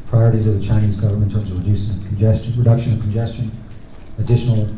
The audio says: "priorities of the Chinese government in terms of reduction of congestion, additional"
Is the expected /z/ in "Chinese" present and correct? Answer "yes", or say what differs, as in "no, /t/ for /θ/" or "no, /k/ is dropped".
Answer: yes